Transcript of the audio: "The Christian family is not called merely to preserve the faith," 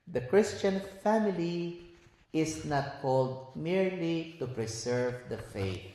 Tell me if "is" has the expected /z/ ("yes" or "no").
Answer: no